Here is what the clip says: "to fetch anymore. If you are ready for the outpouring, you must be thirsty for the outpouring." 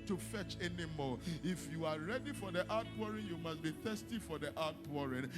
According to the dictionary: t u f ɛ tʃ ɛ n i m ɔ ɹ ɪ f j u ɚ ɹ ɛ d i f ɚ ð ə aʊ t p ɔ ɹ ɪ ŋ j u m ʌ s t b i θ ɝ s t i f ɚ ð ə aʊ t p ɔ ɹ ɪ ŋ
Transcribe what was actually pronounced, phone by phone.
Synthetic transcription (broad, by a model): t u f ɛ tʃ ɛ n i m ɔ ɪ f j u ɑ ɹ ɛ d i f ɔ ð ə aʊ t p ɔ ɹ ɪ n j u m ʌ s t b i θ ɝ s t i f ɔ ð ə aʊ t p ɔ ɹ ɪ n